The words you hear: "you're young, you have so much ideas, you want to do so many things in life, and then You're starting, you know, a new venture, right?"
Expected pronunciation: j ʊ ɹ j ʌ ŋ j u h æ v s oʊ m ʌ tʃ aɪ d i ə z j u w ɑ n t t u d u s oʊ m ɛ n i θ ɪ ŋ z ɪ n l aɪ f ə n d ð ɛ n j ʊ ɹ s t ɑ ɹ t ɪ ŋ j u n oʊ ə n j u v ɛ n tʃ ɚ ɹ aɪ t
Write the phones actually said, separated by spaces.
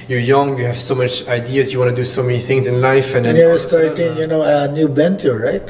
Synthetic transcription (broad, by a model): j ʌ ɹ j ʌ ŋ j u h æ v s oʊ m ʌ tʃ aɪ d i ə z j u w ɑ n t t u d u s oʊ m ɛ n i θ ɪ ŋ z ɪ n l aɪ f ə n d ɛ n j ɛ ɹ s t ɑ ɹ t ɪ ŋ j u n oʊ ə n j u b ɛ n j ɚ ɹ aɪ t